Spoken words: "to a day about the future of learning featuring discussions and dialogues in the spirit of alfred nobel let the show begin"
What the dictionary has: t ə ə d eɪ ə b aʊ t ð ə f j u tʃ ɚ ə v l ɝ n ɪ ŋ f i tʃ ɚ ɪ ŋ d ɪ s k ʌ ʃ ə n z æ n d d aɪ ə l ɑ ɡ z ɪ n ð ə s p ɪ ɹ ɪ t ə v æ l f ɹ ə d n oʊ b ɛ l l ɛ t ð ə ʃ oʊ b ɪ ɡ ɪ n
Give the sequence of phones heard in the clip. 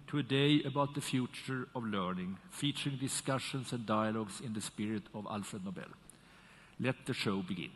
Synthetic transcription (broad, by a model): t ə ə d eɪ ə b aʊ t ð ə f j u tʃ ɚ ə v l ɝ n ɪ ŋ f i tʃ ɚ ɪ ŋ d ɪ s k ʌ ʃ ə n s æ n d d aɪ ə l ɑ ɡ s ɪ n ð ə s p ɪ ɹ ɪ t ə v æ l f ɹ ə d n oʊ b ɛ l l ɛ t ð ə ʃ oʊ b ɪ ɡ ɪ n